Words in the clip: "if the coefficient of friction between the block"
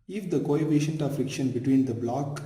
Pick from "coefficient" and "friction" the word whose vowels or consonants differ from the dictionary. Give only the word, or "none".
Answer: coefficient